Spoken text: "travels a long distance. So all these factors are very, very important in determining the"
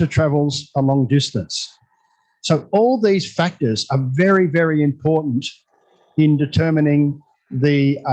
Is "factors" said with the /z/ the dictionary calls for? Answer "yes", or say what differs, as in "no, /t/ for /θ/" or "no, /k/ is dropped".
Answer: yes